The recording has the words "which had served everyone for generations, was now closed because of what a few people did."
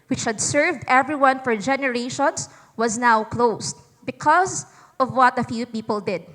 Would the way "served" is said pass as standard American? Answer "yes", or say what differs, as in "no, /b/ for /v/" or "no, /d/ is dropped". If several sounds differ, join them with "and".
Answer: yes